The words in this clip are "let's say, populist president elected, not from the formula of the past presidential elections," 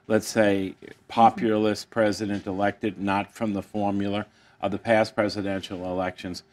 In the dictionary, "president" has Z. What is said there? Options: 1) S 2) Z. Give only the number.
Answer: 2